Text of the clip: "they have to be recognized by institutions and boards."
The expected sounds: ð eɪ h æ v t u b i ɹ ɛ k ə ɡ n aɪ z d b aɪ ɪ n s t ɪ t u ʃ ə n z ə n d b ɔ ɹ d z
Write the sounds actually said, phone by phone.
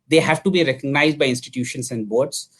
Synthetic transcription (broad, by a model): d eɪ h æ v t u b i ɹ ɛ k ə ɡ n aɪ z d b aɪ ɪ n s t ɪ t u ʃ ə n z ə n d b ɔ ɹ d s